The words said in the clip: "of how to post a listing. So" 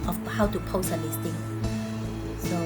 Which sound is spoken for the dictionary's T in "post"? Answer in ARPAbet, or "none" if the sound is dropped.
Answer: none